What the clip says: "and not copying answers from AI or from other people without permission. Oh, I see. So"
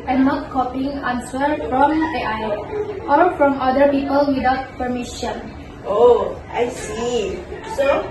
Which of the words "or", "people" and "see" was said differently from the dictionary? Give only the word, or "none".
or